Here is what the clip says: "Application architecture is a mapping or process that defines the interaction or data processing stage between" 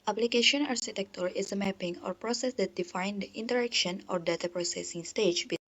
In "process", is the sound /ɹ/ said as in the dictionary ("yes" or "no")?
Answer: yes